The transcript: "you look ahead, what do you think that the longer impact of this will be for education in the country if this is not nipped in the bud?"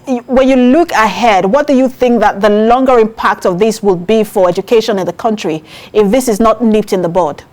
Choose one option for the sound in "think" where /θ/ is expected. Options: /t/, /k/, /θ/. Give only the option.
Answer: /θ/